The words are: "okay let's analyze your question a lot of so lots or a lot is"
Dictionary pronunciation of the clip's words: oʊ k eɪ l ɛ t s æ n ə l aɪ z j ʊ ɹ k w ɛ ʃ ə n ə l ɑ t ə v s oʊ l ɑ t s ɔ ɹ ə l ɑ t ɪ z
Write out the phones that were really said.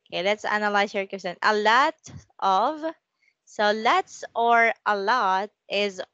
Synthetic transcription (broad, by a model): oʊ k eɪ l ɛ t s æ n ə l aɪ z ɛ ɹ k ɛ s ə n ə l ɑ t ə v s oʊ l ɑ t s ɔ ɹ ə l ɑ t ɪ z